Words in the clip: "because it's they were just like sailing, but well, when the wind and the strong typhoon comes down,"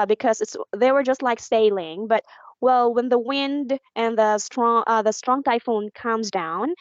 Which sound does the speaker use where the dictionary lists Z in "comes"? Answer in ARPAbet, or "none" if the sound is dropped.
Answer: Z